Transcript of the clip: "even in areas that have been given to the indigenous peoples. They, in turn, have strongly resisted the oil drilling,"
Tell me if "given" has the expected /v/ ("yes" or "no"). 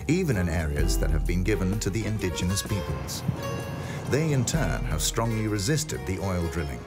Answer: yes